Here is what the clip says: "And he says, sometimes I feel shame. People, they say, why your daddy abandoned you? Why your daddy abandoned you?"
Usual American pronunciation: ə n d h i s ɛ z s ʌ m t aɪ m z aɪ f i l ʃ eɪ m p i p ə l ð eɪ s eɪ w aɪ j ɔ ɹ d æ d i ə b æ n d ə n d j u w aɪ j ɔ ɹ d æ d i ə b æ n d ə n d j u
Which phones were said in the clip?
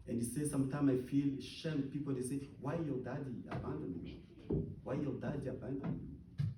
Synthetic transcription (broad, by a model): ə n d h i s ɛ s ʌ m t aɪ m aɪ f i l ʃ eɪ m p i p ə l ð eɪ s eɪ w aɪ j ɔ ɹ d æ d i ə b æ n d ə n j u w aɪ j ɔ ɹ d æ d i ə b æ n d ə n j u